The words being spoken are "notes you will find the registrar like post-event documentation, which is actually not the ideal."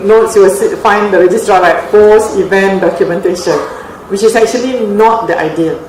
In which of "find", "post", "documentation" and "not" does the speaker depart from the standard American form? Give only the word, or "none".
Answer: post